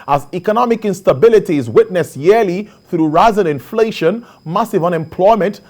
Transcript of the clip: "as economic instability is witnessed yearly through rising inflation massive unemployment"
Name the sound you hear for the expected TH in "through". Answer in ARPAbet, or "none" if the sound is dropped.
TH